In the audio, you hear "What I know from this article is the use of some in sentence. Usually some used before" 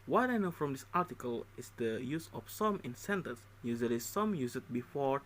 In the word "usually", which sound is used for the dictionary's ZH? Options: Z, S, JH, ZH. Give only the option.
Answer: Z